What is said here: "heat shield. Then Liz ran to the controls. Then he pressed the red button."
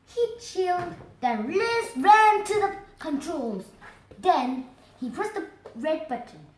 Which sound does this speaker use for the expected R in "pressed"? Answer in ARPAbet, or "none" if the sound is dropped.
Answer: none